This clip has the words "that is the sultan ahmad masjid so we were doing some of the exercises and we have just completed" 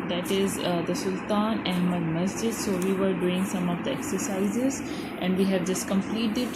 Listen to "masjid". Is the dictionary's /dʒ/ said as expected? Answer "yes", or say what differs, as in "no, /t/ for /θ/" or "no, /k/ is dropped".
yes